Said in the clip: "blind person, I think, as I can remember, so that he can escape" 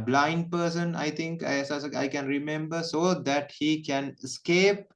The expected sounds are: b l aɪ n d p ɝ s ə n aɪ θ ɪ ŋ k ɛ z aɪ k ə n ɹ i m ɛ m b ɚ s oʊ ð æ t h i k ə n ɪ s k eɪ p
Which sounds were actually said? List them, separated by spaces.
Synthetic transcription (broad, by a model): b l aɪ n d p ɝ s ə n aɪ t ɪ ŋ k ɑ s aɪ k ə n ɹ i m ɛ m b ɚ s oʊ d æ t h i k ə n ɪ s k eɪ p